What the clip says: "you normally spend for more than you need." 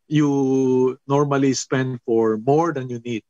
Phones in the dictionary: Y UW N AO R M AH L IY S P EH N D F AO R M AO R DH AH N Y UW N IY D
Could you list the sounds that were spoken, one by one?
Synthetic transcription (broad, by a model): Y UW N AO R M AH L IY S P EH N D F AO R M AO R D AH N Y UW N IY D